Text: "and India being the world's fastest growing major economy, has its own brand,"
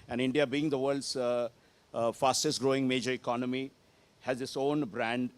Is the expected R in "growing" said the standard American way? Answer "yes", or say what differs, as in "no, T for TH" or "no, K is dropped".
yes